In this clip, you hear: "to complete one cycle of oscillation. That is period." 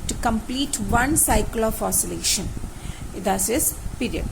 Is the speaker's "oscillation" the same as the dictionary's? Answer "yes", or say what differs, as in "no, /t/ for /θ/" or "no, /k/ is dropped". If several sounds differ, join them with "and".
yes